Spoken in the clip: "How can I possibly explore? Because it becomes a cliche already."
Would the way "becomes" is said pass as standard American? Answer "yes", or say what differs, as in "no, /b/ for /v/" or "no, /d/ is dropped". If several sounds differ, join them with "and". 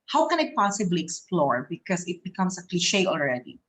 no, /s/ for /z/